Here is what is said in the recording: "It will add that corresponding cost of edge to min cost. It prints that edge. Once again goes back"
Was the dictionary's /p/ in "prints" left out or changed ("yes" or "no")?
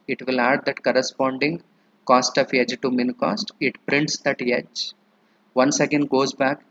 no